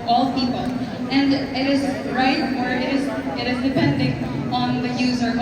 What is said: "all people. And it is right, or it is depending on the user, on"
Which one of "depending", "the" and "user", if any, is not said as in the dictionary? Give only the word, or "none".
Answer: none